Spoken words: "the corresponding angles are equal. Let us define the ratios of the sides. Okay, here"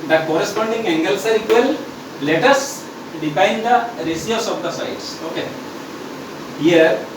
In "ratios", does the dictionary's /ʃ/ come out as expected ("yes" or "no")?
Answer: no